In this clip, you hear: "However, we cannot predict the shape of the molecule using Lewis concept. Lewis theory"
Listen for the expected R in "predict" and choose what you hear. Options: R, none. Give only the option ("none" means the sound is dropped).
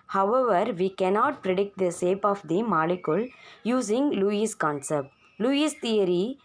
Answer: R